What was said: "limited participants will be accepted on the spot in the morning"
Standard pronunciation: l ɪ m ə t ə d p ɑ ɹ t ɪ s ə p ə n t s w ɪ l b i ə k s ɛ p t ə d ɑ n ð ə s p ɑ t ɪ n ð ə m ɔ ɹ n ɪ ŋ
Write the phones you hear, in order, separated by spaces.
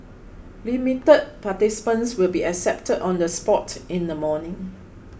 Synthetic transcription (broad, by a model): l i m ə t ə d p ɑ t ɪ s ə p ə n s w ɪ l b i ə k s ɛ p t ə d ɑ n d ə s p ɑ t ɪ n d ə m ɔ n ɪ ŋ